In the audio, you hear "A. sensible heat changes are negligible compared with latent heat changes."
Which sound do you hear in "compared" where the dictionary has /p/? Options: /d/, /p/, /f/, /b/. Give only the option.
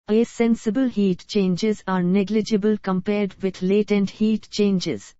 /p/